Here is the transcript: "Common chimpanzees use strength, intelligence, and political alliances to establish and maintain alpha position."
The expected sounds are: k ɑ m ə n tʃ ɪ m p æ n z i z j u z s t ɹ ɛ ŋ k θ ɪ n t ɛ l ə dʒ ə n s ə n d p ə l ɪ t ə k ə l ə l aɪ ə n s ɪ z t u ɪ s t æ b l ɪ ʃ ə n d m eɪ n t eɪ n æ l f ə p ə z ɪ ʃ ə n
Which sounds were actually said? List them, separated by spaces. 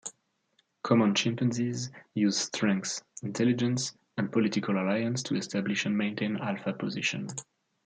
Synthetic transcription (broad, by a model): k ɑ m ə n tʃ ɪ m p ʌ n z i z j u z s t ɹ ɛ ŋ k s ɪ n t ɛ l ə dʒ ə n s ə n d p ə l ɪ t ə k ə l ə l aɪ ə n s t u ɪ s t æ b l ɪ ʃ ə n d m eɪ n t eɪ n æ l f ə p ə z ɪ ʃ ə n